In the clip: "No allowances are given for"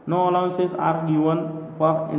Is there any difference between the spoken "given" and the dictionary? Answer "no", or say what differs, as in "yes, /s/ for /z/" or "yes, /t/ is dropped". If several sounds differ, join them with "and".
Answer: yes, /w/ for /v/